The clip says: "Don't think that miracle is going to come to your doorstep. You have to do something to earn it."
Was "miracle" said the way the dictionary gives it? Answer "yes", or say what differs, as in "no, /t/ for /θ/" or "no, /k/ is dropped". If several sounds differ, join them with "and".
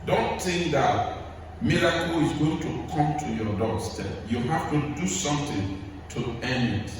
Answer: no, /l/ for /ɹ/